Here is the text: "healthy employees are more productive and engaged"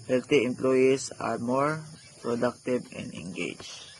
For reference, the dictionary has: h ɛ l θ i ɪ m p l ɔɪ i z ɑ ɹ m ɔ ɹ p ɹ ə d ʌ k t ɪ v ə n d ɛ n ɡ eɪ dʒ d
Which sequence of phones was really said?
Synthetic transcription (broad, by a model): h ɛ l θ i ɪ m p l ɔɪ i s ɑ ɹ m ɔ ɹ p ɹ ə d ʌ k t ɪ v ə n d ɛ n ɡ eɪ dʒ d